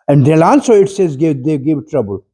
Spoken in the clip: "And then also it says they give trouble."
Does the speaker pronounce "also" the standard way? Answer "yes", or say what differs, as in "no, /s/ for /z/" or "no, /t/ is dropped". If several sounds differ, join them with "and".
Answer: no, /n/ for /l/